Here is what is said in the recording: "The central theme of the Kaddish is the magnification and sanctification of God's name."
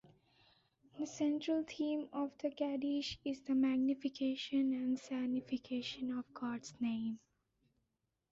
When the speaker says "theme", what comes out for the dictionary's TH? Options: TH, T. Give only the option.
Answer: T